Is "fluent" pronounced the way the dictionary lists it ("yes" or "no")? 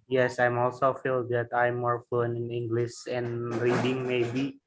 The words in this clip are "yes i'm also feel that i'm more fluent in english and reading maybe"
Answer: no